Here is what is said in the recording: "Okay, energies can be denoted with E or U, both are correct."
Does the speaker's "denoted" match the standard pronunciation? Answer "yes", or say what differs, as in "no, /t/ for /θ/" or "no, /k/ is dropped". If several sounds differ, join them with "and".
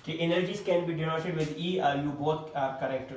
no, /s/ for /t/